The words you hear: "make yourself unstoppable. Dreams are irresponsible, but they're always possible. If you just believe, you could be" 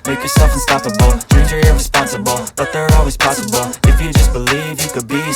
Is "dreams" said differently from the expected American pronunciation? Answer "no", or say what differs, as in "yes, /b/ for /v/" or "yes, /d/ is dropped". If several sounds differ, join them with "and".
yes, /m/ is dropped